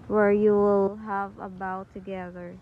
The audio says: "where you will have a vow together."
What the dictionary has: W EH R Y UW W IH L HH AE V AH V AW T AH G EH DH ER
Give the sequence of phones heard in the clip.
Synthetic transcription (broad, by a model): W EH R Y UW W IH L HH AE V AH B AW T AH G EH DH ER